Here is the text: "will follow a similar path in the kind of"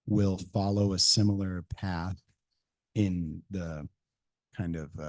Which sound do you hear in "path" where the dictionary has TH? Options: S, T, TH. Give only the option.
TH